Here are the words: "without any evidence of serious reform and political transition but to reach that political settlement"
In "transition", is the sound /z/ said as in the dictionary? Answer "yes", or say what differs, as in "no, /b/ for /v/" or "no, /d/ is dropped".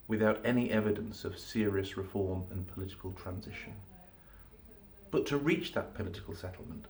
yes